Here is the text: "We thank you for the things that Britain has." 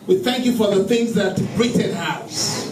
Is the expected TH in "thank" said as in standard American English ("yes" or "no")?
yes